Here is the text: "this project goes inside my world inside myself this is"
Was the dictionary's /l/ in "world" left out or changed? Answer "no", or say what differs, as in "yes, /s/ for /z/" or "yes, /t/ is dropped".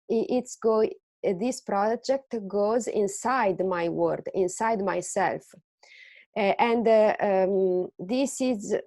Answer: yes, /l/ is dropped